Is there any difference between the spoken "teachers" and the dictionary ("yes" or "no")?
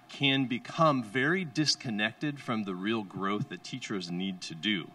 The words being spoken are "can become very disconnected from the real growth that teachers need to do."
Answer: no